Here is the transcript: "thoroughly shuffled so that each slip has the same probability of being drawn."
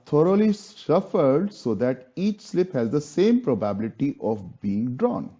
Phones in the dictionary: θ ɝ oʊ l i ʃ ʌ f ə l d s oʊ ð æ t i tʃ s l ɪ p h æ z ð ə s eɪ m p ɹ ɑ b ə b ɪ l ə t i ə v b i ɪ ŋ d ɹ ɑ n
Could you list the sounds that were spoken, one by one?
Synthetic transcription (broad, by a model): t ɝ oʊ l i s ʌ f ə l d s oʊ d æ t i tʃ s l ɪ p h æ z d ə s eɪ m p ɹ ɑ b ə b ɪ l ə t i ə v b i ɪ ŋ d ɹ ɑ n